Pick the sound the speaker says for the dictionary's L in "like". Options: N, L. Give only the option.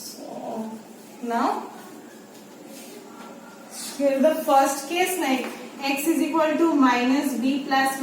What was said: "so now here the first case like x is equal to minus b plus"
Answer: N